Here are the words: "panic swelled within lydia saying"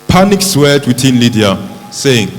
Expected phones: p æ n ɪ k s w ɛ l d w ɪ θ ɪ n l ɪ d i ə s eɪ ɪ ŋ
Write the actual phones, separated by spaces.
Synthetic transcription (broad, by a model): p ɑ n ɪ k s w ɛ d w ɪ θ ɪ n l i d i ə s eɪ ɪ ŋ